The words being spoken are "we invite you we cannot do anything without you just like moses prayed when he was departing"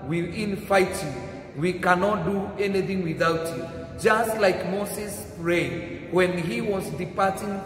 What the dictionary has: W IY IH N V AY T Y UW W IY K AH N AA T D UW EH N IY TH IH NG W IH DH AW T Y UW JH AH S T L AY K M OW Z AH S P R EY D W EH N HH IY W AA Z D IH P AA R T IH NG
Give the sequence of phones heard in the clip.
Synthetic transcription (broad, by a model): W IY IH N F AY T Y UW W IY K AH N AA T D UW EH N IY TH IH NG W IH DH AW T Y UW JH AH S T L AY K M OW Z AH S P R EY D W EH N HH IY W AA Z D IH P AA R T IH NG